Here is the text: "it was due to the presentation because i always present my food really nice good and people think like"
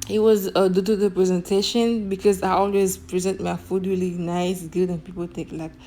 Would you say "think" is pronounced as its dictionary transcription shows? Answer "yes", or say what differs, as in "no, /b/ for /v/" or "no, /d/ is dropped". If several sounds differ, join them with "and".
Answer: no, /t/ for /θ/ and /ŋ/ is dropped